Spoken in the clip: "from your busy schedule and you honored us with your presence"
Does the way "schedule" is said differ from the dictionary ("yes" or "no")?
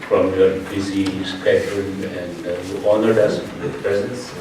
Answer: yes